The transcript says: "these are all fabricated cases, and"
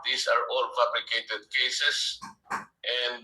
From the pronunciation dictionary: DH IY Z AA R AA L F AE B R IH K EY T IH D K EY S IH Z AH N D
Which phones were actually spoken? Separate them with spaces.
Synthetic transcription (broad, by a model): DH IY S AA R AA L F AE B L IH K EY T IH D K EY S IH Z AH N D